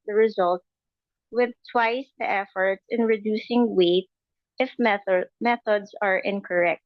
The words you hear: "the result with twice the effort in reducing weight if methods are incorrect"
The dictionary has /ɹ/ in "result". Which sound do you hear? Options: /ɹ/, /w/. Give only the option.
/ɹ/